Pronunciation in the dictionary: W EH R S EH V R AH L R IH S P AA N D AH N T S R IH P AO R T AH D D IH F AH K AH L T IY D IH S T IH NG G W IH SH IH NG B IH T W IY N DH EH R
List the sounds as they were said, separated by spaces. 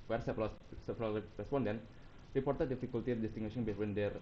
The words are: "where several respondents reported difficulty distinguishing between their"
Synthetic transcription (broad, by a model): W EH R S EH P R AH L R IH S P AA N D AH N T R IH P AO R T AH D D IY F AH K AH L T IY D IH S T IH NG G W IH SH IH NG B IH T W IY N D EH R